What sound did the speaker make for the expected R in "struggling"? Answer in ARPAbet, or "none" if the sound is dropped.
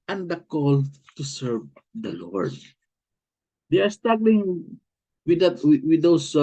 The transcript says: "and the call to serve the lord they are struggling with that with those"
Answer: none